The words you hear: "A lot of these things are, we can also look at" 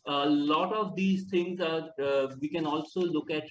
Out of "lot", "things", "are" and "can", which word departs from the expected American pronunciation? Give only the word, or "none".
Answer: things